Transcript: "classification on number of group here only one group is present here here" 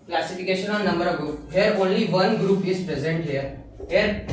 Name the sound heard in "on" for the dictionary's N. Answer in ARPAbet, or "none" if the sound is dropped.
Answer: L